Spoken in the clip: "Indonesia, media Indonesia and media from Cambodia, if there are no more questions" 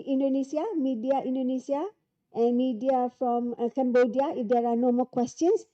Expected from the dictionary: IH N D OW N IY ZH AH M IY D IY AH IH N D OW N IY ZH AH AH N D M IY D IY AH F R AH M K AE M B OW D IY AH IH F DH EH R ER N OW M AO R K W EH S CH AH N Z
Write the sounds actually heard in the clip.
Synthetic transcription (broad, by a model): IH N D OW N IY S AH M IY D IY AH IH N D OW N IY S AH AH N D M IY D IY AH F R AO M K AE M B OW D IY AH IH F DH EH R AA N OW M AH L K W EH S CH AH N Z